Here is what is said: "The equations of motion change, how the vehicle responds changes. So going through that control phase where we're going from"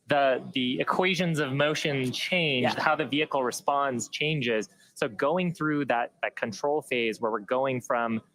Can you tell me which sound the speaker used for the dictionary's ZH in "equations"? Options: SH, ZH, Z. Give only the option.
ZH